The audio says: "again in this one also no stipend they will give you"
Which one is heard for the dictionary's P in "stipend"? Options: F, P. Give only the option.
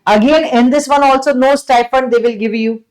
F